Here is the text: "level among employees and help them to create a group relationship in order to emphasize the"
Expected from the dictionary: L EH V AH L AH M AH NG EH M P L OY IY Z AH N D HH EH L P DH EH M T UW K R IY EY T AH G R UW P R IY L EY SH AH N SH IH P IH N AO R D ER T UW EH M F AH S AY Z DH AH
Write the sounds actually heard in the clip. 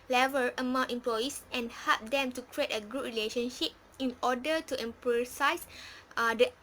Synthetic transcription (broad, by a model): L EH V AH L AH M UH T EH M P L OY IY S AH N HH EH L P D EH M T UW K R IY EY T AH G UW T R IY L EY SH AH N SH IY P IH N AO D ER T UW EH M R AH S AY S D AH